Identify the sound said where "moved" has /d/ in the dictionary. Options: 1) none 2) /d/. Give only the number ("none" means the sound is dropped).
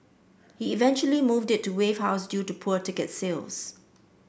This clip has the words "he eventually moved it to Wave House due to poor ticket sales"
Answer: 2